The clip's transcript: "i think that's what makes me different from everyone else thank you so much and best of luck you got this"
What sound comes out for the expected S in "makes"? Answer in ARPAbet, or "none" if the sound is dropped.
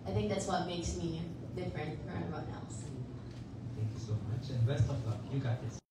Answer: S